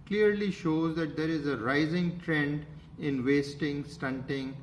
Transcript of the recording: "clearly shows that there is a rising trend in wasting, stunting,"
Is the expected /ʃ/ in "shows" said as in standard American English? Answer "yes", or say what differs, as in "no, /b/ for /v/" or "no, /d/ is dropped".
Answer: yes